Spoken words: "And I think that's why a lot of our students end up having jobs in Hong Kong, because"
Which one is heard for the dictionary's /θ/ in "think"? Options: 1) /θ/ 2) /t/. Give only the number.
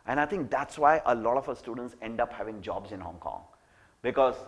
2